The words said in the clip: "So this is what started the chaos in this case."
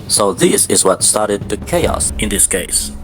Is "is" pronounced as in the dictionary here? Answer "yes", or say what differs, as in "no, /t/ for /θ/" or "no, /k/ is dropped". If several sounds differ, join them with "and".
yes